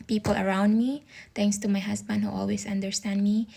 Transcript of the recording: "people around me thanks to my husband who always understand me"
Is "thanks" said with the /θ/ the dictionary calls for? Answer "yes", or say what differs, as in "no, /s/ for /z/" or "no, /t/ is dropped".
no, /t/ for /θ/